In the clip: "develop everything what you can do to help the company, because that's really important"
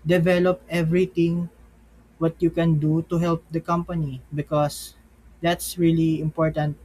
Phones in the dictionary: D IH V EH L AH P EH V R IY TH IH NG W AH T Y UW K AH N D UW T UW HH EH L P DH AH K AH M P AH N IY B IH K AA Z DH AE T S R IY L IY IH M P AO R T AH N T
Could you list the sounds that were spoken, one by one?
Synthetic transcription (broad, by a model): D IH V EH L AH P EH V R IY T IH NG W AH T Y UW K AH N D UW T UW HH EH L P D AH K AH M P AH N IY B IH K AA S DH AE T S R IY L IY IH M P AO R T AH N T